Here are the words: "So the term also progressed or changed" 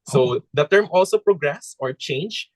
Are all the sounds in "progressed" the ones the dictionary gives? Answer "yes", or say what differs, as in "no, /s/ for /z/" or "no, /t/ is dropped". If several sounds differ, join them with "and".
no, /t/ is dropped